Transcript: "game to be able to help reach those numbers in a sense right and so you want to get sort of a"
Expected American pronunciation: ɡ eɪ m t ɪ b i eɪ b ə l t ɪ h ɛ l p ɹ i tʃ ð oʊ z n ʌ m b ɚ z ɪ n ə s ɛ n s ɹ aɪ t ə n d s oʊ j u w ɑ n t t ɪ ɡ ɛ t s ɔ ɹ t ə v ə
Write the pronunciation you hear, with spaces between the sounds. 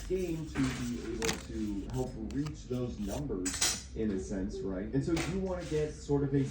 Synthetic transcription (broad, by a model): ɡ eɪ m t ɪ b i eɪ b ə l t ɪ h ɛ l p ɹ i tʃ ð oʊ z n ʌ m b ɚ z ɪ n ə s ɛ n s ɹ aɪ t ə n s oʊ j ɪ w ɑ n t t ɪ ɡ ɛ t s ɔ ɹ t ə v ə